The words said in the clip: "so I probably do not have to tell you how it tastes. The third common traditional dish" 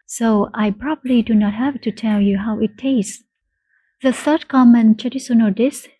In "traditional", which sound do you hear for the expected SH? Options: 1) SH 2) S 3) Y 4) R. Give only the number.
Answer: 2